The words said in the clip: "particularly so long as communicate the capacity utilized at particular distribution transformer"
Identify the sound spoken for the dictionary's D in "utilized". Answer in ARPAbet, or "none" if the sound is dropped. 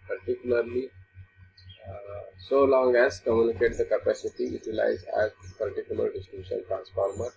none